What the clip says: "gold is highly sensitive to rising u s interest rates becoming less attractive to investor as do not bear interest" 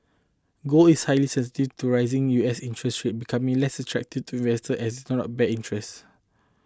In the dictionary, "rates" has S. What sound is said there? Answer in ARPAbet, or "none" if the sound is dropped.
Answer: none